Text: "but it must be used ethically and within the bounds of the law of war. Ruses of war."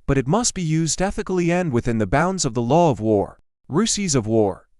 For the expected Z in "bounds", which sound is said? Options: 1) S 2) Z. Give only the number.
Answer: 2